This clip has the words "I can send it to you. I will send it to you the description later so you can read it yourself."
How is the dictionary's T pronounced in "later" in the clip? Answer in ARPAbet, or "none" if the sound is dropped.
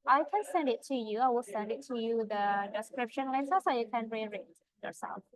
S